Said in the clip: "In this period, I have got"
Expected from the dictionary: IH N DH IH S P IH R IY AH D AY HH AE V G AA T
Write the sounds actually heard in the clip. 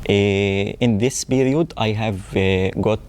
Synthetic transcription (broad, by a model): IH N DH IH S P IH R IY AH D AY HH AE V G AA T